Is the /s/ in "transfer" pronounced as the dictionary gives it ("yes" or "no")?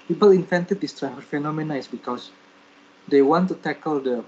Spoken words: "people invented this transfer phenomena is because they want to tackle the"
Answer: no